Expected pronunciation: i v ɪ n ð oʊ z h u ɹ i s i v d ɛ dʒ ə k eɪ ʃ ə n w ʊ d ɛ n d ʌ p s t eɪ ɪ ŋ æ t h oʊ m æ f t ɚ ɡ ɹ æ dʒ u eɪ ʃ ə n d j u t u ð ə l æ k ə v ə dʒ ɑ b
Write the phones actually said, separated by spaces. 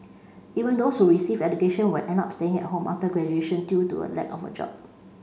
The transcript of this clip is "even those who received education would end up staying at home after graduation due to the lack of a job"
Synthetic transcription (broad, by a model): i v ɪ n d oʊ s h u ɹ i s i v ɛ dʒ ə k eɪ ʃ ə n w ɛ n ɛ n ɑ p s t eɪ ɪ ŋ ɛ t h oʊ m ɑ f t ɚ ɡ ɹ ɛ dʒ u eɪ ʃ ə n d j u t u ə l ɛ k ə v ə dʒ ɑ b